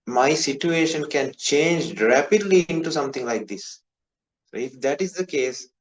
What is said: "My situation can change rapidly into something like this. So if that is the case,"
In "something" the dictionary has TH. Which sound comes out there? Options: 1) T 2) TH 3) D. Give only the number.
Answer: 1